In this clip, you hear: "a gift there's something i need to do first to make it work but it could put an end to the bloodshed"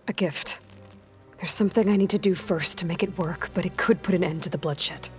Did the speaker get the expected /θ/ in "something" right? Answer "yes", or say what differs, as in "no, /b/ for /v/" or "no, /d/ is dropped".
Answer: yes